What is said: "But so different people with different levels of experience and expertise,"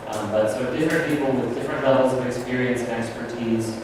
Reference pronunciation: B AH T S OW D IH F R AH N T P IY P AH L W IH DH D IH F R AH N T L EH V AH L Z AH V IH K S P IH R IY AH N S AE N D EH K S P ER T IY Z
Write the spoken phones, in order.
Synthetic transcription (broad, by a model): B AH T S OW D IH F R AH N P IY P L W IH DH D IH F R AH N T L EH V L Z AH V IH K S P IH R IY AH N S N EH K S P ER T IY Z